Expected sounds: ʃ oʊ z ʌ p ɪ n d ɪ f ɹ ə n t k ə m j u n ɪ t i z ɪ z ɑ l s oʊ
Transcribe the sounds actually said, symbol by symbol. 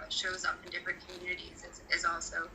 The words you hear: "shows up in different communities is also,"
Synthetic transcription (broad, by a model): ʃ oʊ z ʌ p ɪ n d ɪ f ɹ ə n k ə m j u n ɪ t i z ɪ z ɑ l s oʊ